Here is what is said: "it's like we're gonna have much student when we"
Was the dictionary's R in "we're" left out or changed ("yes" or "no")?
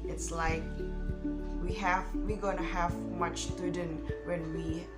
yes